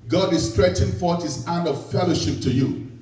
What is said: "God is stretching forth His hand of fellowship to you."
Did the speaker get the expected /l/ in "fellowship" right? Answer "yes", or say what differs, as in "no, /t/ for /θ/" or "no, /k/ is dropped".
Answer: yes